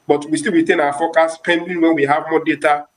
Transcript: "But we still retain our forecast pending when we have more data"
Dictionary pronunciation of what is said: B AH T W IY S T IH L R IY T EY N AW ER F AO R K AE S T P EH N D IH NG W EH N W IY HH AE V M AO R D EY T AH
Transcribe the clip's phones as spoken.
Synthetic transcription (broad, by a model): B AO T W IY S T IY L R IY T EY N AW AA F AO K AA S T P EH N D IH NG W EH N W IY HH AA V M AO D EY T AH